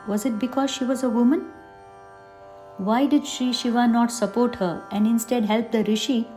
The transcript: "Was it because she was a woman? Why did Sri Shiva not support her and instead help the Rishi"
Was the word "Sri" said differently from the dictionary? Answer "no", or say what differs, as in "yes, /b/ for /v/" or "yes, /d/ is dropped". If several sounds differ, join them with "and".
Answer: yes, /ɹ/ is dropped